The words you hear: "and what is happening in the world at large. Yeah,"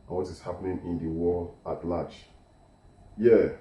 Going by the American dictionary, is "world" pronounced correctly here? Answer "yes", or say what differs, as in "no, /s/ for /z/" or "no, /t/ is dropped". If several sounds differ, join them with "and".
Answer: no, /d/ is dropped